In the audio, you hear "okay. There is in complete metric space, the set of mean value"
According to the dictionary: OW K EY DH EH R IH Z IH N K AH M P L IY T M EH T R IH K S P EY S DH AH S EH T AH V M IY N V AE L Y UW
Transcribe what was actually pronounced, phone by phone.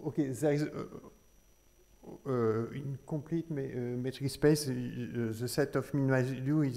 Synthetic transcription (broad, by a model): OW K EY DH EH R IH Z IH N K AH P L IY T M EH T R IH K S P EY S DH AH S EH T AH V M IY N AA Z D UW